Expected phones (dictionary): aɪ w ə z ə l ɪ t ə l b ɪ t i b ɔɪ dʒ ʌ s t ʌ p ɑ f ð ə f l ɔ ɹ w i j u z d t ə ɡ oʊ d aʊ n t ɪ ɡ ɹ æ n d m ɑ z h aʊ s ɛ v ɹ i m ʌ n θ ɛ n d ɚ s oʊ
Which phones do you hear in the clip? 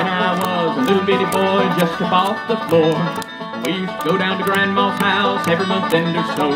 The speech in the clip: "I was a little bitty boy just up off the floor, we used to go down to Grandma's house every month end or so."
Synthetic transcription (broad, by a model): aɪ w ə z ə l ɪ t l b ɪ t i b ɔɪ dʒ ʌ s t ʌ b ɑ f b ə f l ɔ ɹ w i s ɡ oʊ d aʊ n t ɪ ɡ ɹ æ n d m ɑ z h aʊ s ɛ v ɹ i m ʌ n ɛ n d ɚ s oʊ